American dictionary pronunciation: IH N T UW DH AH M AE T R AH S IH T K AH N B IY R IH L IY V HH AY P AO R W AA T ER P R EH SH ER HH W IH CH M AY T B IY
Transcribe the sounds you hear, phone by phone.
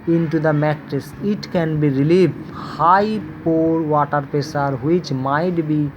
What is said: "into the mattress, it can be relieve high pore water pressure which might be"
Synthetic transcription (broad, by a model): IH N T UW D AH M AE T R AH S IH T K AH N B IY R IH L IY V HH AY P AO R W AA T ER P EH S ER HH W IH CH M AY T B IY